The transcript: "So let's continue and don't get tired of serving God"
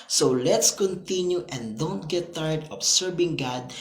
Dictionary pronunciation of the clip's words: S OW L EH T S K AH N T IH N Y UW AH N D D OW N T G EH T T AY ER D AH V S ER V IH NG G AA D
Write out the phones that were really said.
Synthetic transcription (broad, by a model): S OW L EH T S K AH N T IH N Y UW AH N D D OW N T G EH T T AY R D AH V S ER B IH NG G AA D